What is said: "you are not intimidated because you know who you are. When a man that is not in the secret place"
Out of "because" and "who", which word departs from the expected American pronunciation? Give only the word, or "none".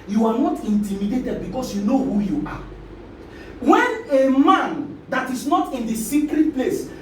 because